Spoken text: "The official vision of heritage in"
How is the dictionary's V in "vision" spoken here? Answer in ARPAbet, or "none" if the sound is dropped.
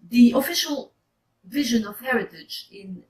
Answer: V